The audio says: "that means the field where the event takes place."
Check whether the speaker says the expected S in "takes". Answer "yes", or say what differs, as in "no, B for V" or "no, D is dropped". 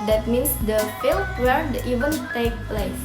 no, S is dropped